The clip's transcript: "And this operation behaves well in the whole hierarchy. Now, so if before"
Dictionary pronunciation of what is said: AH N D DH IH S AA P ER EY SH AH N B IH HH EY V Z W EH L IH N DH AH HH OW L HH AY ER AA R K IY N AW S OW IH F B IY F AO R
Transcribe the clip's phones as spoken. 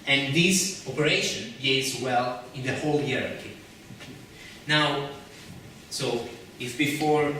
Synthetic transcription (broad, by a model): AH N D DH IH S AA P ER EY SH AH N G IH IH Z W EH L IH N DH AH HH OW L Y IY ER R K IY N AW S OW IH F B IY F AO R